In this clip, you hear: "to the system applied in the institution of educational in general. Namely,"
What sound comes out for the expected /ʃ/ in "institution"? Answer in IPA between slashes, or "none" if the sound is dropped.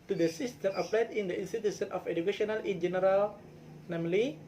/s/